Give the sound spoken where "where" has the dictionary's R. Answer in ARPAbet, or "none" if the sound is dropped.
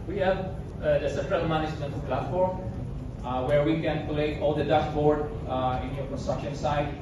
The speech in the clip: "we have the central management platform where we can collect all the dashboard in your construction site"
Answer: R